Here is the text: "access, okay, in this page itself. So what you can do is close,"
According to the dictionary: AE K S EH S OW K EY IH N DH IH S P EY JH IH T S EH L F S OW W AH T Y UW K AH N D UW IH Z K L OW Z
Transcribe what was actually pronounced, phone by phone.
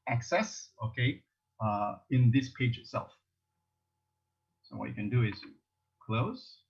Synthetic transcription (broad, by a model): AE K S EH S OW K EY IH N DH IH S P EY JH IH T S EH L F S OW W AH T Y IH K AH N D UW IH Z K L OW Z